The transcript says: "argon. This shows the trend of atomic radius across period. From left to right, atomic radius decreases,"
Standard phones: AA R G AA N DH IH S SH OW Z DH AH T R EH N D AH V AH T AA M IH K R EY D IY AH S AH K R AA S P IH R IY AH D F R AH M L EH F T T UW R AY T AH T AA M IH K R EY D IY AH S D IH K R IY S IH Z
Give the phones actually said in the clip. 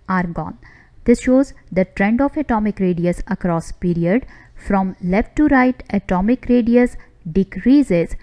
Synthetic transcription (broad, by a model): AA R G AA N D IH S SH OW Z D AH T R EH N D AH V AH T AA M IH K R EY D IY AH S AH K R AA S P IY R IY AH D F R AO M L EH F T T UW R AY T AH T AA M IH K R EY D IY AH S D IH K R IY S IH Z